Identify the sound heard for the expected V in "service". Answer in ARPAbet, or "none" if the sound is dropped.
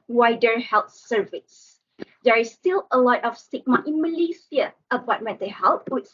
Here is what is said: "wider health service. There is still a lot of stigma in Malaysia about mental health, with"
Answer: V